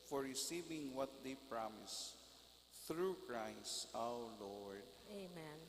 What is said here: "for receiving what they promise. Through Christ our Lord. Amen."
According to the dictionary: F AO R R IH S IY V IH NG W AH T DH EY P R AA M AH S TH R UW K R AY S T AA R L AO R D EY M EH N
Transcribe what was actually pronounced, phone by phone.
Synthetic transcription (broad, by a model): F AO R R IH S IY V IH NG W AH T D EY P R AA M AH S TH R UW K R AY S T AA W L AO R D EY M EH N